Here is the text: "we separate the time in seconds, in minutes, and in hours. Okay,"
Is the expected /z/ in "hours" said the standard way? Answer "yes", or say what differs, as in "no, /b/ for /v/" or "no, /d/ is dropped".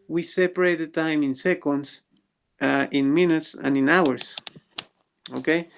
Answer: no, /s/ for /z/